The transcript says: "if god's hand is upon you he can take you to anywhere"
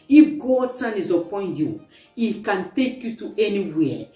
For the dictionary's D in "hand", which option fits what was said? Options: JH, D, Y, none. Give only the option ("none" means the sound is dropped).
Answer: none